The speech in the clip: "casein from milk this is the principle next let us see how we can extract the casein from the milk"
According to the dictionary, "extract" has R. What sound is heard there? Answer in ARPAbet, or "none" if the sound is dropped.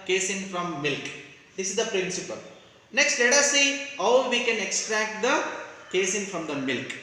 R